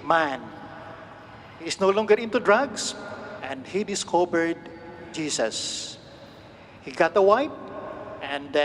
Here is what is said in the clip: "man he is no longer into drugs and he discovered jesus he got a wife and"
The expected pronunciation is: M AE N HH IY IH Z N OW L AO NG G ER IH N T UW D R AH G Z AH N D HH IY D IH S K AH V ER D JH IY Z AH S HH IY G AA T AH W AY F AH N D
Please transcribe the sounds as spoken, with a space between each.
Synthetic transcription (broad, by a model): M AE N HH IY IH S N OW L AO NG G ER IH N T UW D R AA G S AH N D HH IY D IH S K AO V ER D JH IY S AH S HH IY G AA T AH W AY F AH N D